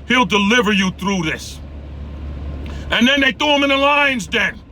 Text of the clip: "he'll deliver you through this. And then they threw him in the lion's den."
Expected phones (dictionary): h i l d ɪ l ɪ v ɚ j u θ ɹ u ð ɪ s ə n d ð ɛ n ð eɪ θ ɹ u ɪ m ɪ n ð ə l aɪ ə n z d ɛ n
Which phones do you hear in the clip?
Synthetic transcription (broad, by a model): h i l d ɪ l ɪ v ɚ j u θ ɹ u ð ɪ s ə n ð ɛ n ð eɪ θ u ɪ m ɪ n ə l aɪ ə n z d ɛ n